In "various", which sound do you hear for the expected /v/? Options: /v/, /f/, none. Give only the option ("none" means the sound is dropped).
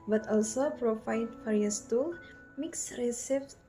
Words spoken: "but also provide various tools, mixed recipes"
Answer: /f/